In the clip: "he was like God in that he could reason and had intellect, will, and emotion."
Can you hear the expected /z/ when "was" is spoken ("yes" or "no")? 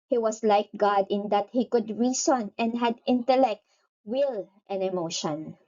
no